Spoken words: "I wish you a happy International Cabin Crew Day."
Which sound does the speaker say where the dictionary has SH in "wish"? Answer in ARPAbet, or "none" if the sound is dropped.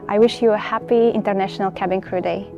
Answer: SH